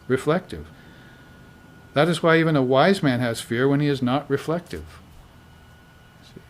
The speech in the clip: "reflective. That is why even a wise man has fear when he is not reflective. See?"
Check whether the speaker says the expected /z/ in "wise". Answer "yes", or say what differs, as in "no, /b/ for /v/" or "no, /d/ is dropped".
yes